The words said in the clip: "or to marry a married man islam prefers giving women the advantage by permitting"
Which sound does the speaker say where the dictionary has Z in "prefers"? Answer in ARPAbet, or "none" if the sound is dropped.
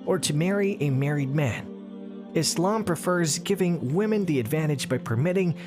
Z